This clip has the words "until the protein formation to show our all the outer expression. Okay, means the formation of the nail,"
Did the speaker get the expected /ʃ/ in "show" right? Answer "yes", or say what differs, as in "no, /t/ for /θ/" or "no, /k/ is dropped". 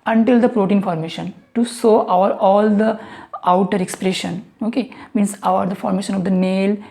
no, /s/ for /ʃ/